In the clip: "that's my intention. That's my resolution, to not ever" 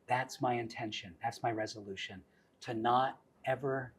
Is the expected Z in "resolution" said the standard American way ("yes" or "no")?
yes